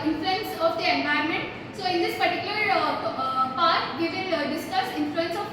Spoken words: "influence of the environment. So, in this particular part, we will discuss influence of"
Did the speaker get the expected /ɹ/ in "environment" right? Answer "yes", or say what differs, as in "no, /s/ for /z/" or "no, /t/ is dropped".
no, /ɹ/ is dropped